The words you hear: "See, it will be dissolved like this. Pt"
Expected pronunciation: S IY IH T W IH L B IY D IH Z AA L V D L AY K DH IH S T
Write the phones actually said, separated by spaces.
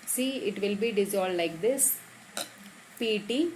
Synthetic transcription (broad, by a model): S IY IH T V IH L B IY D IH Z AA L D L AY K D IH S T